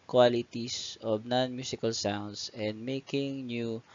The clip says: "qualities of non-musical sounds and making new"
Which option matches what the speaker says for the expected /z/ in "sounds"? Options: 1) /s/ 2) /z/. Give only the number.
1